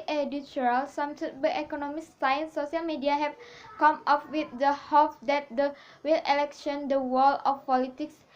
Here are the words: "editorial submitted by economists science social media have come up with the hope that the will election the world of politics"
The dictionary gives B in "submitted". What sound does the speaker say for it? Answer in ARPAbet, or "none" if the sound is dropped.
none